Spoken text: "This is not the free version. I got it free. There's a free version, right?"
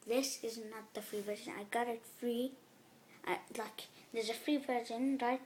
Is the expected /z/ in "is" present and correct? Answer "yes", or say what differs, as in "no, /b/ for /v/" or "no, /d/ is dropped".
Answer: yes